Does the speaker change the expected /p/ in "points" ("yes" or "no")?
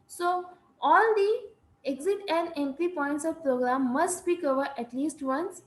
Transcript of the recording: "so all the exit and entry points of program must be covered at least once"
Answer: no